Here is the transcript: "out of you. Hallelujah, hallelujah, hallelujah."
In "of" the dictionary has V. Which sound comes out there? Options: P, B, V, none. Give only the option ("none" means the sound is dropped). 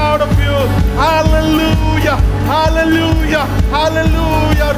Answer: P